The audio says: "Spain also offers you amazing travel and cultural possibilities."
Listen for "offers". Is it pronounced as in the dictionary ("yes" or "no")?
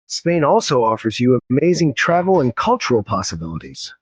yes